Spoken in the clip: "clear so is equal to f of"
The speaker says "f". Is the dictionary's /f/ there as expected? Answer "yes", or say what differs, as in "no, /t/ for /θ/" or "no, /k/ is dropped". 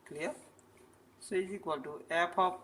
no, /p/ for /f/